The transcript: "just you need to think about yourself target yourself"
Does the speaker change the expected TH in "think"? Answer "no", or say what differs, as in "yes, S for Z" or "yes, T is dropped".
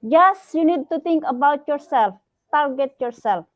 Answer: yes, T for TH